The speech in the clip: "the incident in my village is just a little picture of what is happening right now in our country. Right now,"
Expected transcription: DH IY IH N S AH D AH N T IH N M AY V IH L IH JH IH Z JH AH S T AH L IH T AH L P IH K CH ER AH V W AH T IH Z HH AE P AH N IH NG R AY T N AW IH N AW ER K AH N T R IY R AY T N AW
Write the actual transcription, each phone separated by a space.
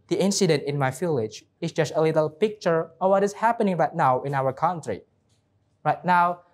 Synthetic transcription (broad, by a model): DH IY IH N S AH D AH N T IH N M AY F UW L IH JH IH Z JH AH S T AH L IH T AH L P IH K CH ER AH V W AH T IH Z HH AE P AH N IH NG R AY T N AW IH N AW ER K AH N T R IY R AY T N AW